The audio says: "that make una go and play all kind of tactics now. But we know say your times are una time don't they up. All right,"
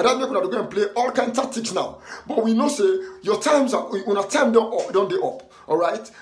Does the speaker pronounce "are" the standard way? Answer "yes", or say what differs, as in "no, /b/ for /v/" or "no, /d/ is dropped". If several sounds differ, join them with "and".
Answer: no, /w/ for /ɹ/